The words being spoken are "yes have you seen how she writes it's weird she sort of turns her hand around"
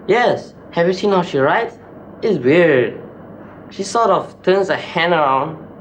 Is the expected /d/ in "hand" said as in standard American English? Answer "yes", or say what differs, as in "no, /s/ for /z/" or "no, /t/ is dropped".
no, /d/ is dropped